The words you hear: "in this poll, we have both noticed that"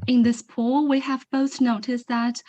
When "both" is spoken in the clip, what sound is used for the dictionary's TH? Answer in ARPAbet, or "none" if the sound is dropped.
TH